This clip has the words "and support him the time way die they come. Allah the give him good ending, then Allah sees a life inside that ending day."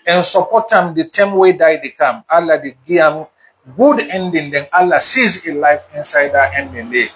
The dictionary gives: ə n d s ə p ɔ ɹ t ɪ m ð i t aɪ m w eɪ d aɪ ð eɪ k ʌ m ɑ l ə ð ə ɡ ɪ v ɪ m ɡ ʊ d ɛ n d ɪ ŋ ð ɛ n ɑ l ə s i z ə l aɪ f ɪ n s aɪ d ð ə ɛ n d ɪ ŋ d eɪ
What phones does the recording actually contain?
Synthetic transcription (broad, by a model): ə n s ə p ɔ t ɪ m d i t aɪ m w eɪ d aɪ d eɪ k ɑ m ɑ l ə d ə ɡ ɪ ɪ m ɡ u d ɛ n d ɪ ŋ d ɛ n ɑ l ə s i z ə l aɪ f ɪ n s aɪ d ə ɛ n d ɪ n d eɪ